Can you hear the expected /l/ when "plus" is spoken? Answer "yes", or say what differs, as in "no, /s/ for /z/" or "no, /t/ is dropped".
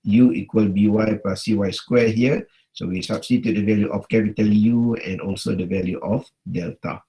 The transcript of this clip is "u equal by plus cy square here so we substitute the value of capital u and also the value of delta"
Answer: no, /l/ is dropped